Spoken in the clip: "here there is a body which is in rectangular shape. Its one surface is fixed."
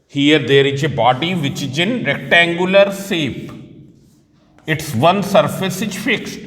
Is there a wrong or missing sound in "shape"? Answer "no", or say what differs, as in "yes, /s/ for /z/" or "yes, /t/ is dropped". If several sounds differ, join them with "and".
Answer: yes, /s/ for /ʃ/